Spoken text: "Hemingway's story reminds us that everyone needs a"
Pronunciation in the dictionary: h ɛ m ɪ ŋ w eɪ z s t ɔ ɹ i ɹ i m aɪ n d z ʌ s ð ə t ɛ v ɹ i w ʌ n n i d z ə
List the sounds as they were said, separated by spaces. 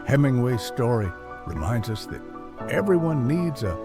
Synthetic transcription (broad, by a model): h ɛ m ɪ ŋ w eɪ s t ɔ ɹ i ɹ i m aɪ n d z ʌ s ð ə t ɛ v ɹ i w ʌ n n i d z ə